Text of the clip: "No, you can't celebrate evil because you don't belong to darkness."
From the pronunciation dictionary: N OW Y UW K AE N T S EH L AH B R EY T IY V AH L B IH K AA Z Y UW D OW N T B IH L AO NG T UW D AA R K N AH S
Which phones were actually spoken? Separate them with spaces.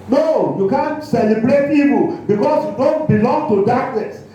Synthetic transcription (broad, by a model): N OW Y UW K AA N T S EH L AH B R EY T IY P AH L B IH K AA S Y UW D OW N T B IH L AO NG T UW D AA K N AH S